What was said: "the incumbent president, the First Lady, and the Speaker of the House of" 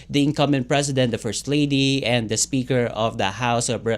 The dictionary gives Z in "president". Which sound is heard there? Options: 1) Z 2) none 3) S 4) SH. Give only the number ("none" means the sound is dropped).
3